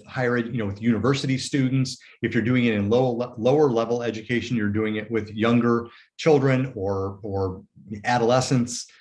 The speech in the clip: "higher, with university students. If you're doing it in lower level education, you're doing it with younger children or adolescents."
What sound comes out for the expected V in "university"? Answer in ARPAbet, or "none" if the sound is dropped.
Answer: V